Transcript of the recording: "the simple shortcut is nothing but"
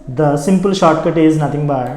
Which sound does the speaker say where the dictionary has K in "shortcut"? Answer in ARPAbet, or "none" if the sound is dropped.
K